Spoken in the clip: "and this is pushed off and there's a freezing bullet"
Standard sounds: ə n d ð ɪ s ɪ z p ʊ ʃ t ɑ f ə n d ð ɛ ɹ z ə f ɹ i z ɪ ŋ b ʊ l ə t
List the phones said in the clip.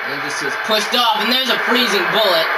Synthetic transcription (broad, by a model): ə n ð ɪ s ɪ z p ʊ s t ɑ f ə n ð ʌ ɹ z ə f ɹ i z ɪ ŋ b ʊ l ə t